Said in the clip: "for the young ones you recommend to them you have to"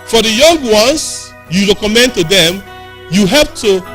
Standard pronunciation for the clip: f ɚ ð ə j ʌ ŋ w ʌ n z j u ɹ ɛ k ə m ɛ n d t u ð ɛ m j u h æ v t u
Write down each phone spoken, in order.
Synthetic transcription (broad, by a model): f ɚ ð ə j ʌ ŋ w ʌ n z j u ɹ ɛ k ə m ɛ n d t u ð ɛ m j u h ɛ p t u